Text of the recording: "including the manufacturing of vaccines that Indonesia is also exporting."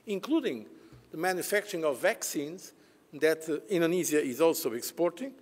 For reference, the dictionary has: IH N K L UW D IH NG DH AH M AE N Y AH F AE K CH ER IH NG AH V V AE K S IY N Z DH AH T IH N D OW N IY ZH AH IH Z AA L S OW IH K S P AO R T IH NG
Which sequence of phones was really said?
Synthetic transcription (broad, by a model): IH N K L UW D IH NG DH AH M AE N Y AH F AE K CH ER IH NG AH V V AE K S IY N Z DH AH T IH N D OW N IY Z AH IH Z AA L S OW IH K S P AO R T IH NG